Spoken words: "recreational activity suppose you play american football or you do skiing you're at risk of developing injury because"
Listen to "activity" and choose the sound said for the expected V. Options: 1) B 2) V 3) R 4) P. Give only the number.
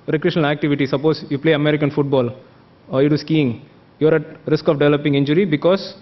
2